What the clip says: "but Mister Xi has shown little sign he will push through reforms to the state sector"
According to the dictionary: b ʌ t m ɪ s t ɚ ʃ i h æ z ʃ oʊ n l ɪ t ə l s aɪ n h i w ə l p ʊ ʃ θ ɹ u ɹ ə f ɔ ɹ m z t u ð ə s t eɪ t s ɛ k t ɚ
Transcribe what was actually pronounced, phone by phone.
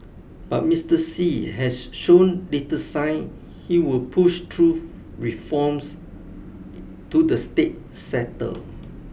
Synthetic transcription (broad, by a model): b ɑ t m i s t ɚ s i h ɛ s ʃ oʊ n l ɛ t ə s aɪ n h i w ə l p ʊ ʃ t ɹ u ɹ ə f ɔ m s t u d ə s t eɪ t s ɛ t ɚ